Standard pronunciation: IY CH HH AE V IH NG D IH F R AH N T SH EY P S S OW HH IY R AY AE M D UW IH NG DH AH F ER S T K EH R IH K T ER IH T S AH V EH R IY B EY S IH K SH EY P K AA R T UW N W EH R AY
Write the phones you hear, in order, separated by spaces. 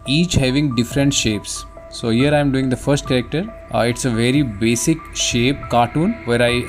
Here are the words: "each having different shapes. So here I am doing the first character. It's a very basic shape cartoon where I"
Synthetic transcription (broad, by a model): IY CH HH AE V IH NG D IH F R AH N T SH EY P S S OW HH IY R AY M D UW IH NG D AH F ER S T K EH R IH K T ER IH T S AH V EH R IY B EY S IH K SH EY P K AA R T UW N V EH R AY